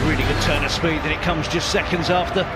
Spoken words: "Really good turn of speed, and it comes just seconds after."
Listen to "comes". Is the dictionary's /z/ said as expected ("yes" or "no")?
yes